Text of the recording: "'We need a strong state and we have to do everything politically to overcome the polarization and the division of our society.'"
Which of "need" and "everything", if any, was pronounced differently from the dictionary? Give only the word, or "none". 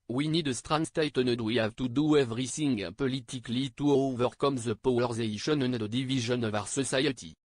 everything